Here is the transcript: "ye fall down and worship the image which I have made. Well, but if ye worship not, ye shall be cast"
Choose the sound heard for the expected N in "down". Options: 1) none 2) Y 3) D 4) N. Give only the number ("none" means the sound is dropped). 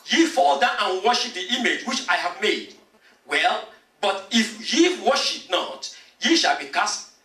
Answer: 1